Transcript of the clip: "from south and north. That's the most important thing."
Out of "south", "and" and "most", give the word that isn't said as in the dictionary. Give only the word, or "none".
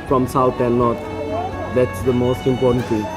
south